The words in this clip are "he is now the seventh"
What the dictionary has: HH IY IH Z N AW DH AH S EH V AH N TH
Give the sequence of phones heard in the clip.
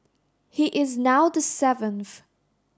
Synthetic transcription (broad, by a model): HH IY IH Z N AW DH AH S EH V AH N TH